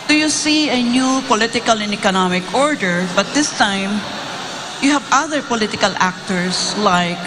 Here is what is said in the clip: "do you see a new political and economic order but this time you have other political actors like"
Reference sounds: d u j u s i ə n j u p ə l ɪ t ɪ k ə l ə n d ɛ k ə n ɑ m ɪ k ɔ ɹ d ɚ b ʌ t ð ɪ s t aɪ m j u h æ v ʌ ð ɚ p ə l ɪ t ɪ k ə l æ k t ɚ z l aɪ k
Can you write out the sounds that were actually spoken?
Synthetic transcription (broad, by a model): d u j u s i ə n j u p ə l ɪ t ɪ k ə l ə n ɛ k ə n ɑ m ɪ k ɔ ɹ d ɚ b ʌ t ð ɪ s t aɪ m j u h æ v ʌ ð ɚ p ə l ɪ t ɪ k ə l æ k t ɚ s l aɪ k